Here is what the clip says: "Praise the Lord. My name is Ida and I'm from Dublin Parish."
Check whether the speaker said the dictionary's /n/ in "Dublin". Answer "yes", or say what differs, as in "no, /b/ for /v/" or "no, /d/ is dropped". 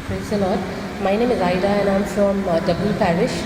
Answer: no, /l/ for /n/